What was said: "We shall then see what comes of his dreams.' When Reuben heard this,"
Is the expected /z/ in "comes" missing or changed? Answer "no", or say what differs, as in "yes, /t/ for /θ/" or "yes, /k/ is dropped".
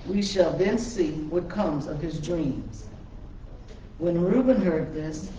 no